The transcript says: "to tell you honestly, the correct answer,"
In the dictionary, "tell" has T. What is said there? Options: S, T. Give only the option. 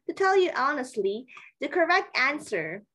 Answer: T